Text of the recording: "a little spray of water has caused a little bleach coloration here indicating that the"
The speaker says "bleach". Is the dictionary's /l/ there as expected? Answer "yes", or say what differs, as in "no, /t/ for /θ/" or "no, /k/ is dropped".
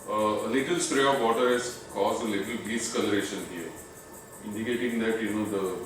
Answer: no, /l/ is dropped